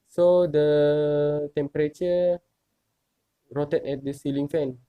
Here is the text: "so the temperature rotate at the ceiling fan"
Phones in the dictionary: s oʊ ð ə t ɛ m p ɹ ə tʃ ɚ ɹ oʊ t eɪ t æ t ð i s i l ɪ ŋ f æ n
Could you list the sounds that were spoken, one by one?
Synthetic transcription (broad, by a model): s oʊ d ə t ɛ m p ɹ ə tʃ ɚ ɹ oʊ t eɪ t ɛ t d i s i l ɪ ŋ f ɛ n